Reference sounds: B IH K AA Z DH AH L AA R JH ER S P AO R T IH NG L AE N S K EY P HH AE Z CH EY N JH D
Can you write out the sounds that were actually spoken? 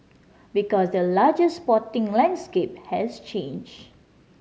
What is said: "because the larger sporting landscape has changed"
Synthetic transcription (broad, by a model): B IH K AA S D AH L AA JH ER S P AO T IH NG L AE N S K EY P HH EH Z CH EY N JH